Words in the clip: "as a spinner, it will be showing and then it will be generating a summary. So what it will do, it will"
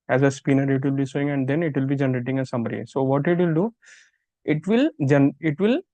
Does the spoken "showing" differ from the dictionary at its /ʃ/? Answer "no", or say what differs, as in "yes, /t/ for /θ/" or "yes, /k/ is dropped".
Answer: yes, /s/ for /ʃ/